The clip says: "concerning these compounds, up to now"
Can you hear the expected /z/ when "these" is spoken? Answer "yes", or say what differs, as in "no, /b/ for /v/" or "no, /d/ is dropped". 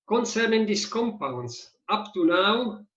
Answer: no, /s/ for /z/